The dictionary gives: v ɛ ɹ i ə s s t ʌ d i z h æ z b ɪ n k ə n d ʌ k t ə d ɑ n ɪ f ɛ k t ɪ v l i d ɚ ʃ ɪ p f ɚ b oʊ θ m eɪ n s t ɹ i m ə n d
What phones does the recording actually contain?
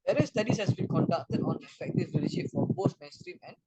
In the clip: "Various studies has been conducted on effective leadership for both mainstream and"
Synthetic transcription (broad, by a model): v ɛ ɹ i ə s s t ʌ d i s h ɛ s b ɪ n k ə n d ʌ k t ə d ɑ n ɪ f ɛ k t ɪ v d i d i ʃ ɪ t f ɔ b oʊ s m eɪ n s t ɹ i m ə n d